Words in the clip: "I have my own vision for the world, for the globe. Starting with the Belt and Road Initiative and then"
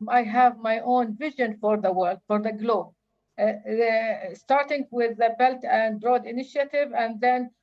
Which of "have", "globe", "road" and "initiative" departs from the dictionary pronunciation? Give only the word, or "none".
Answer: none